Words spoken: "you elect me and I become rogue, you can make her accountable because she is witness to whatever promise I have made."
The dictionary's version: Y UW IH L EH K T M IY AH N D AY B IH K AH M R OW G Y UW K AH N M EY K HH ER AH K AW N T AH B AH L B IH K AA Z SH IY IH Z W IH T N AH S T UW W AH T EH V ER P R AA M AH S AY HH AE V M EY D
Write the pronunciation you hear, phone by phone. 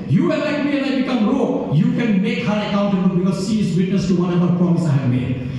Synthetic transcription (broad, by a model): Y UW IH N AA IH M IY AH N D AY B IH K AH M R OW Y UW K AH N M EY K HH ER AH K AW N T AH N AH B IH K AA Z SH IY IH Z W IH T N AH S T UW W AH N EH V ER P R AA M AH S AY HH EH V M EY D